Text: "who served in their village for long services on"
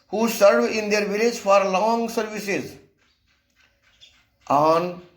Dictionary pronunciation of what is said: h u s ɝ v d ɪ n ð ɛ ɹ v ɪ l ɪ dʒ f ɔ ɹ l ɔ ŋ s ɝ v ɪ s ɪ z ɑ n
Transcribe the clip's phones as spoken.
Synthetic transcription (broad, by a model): h u s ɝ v ɪ n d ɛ ɹ v ɪ l ɪ dʒ f ɔ ɹ l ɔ ŋ s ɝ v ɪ s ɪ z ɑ n